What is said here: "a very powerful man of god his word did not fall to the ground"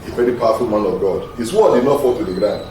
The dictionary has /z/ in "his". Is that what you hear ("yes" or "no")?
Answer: no